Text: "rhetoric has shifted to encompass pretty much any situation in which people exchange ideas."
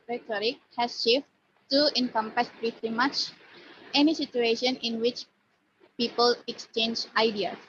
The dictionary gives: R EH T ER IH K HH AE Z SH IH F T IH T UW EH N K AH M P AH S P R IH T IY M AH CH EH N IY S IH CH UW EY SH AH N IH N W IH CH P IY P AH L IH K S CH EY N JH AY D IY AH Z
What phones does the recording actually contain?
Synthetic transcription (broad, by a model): R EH T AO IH K HH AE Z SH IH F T T UW EH N K AH M P AH S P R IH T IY M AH CH EH N IY S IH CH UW EY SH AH N IH N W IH CH P IY P AH L IH K S CH EY N JH AY D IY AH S